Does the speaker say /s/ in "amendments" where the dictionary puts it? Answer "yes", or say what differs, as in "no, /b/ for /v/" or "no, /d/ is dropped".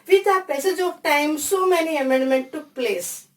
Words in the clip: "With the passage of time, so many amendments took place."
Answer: no, /s/ is dropped